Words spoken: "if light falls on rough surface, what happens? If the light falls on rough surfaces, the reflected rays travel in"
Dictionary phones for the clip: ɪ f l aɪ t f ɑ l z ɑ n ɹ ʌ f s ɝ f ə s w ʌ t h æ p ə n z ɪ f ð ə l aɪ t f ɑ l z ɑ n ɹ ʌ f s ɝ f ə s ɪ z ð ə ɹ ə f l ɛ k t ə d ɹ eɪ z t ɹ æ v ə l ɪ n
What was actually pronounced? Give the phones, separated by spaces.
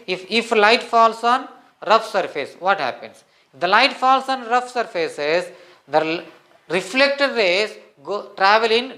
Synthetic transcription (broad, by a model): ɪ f l aɪ t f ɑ l s ɑ n ɹ ʌ f s ɝ f ə s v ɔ t h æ p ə n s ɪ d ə l aɪ t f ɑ l s ɑ n ɹ ʌ f s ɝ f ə s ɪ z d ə ɹ ə f l ɛ k t ə d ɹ eɪ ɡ t ɹ æ v ə l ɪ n